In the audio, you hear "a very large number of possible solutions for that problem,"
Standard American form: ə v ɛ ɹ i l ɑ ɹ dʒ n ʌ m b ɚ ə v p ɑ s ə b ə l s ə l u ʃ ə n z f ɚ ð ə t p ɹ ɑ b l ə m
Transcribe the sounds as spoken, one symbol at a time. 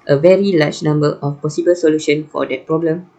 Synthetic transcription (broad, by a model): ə v ɛ ɹ i l ɑ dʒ n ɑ m b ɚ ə f p ɑ s ə b ə l s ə l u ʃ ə n f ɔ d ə t p ɹ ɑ b l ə m